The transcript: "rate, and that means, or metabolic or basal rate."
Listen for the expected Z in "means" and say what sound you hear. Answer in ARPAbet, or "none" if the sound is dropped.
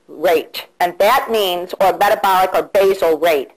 Z